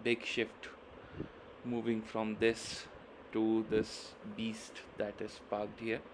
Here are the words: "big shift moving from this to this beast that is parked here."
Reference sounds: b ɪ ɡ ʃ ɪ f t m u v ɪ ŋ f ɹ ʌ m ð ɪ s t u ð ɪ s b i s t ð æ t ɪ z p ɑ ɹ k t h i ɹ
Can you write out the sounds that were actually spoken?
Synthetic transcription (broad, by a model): b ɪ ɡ ʃ ɪ f t m u v ɪ ŋ f ɹ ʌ m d ɪ s t u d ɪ s b i s t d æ t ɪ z p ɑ ɹ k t h i ɹ